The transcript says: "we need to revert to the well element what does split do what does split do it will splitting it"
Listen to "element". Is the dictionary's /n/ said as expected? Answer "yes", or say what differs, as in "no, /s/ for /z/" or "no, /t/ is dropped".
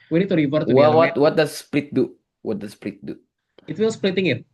no, /n/ is dropped